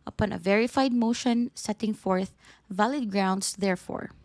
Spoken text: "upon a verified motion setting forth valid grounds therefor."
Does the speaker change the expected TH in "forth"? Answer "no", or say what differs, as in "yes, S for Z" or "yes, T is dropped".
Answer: no